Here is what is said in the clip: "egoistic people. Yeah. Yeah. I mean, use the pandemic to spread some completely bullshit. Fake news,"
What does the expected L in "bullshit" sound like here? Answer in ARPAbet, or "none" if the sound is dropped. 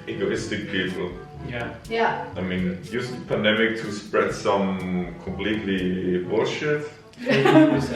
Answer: none